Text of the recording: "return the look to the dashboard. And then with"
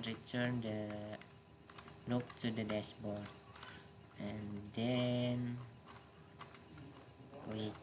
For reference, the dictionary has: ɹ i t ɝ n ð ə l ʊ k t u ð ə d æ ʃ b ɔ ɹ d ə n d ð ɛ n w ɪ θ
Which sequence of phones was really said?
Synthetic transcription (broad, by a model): ɹ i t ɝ n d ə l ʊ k t u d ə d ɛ s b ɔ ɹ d ə n d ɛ n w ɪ